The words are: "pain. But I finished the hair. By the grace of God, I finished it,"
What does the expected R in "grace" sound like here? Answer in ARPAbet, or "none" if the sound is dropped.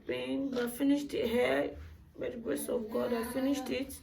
none